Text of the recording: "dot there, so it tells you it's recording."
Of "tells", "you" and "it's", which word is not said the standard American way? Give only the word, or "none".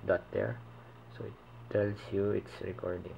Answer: tells